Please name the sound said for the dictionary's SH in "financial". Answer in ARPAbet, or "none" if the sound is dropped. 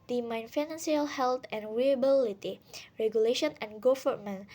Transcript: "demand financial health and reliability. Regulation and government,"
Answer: S